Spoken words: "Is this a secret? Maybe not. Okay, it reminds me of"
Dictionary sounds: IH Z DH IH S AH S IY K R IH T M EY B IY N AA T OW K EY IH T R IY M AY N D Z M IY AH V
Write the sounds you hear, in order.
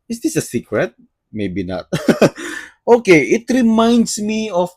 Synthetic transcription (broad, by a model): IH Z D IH S AH S IY K R IH T M EY B IY N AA T OW K EY IH T R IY M AY N D S M IY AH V